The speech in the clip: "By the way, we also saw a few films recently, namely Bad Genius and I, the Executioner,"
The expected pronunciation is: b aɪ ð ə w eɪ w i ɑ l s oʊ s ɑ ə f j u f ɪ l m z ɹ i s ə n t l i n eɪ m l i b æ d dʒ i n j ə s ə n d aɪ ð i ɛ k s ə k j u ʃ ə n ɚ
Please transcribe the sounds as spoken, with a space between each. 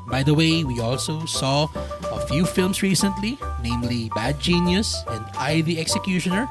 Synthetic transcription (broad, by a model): b aɪ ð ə w eɪ w i ɑ l s oʊ s ɑ ə f j u f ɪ l m s ɹ i s ə n t l i n eɪ m l i b æ d dʒ i n j ə s ə n d aɪ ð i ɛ k s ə k j u ʃ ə n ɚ